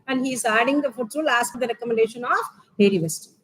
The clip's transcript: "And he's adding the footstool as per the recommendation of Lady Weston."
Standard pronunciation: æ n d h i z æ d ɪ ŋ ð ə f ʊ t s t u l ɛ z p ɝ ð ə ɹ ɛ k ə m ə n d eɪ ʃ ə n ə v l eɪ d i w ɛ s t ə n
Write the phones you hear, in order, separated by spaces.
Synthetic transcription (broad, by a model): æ n d h i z æ d ɪ ŋ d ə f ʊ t t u l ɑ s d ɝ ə ɹ ɛ k ə m ə n d eɪ ʃ ə n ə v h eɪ d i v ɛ s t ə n